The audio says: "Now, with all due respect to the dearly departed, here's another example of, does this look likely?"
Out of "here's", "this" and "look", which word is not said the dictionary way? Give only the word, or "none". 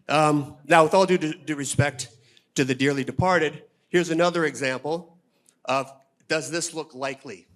none